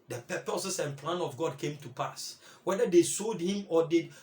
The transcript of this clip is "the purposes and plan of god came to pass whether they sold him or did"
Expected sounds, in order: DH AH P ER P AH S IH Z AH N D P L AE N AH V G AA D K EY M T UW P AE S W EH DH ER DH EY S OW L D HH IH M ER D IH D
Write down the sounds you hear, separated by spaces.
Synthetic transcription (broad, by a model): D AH P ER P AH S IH S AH N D P L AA N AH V G AA D K EY M T UW P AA S W EH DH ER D EY S OW L D HH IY M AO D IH